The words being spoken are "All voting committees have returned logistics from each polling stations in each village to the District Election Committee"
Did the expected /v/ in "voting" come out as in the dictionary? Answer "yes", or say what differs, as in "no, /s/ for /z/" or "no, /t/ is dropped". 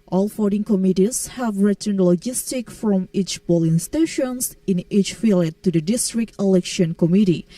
no, /f/ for /v/